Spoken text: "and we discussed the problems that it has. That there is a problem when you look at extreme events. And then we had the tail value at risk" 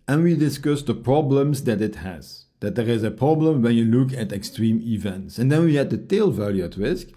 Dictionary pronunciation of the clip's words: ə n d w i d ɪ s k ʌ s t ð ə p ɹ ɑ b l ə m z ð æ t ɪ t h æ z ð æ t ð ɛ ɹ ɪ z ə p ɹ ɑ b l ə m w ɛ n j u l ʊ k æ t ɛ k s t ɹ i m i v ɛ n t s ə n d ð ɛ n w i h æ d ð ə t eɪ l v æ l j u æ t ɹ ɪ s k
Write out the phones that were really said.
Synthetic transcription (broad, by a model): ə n w i d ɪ s k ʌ s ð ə p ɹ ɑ b l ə m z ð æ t ɪ t h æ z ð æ t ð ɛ ɹ ɪ z ə p ɹ ɑ b l ə m w ɛ n j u l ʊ k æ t ɛ k s t ɹ i m i v ɛ n t s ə n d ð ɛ n w i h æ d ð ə t eɪ l v æ l j u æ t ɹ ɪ s k